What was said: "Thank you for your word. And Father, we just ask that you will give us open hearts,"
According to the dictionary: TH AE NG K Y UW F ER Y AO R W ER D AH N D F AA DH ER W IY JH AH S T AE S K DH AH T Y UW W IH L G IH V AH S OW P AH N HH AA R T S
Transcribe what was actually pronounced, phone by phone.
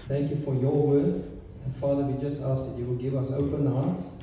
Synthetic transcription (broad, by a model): TH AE NG K Y UW F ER Y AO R W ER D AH F AA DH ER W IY JH AH S T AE S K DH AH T Y UW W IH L G IH V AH S OW P AH N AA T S